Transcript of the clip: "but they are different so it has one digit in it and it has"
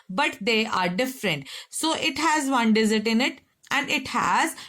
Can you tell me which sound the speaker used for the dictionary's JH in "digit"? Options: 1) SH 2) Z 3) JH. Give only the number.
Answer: 2